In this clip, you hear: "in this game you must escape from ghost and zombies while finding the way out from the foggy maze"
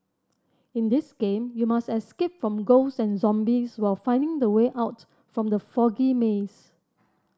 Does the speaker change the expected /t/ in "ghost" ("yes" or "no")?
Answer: yes